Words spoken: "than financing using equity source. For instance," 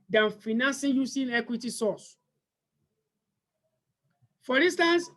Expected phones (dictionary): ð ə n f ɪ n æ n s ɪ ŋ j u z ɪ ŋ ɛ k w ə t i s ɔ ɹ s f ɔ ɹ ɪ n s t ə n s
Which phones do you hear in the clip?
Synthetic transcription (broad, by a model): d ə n f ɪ n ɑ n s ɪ j u s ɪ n ɛ k w ə t i s ɔ s f ɔ ɹ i n s t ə n s